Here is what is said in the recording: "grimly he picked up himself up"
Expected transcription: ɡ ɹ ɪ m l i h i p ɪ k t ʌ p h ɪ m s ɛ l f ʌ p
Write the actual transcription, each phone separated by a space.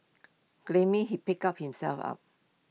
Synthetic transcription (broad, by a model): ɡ l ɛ m i h i p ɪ k ʌ p h ɪ m s ɛ l f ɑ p